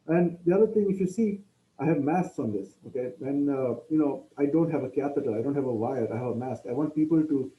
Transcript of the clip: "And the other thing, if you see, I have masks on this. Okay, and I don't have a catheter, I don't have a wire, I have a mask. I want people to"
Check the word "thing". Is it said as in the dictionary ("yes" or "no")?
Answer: no